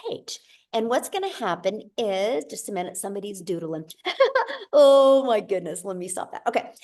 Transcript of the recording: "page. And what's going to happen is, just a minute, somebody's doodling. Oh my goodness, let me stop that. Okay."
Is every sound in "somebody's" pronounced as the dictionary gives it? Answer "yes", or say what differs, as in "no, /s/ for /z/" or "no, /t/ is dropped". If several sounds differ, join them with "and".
yes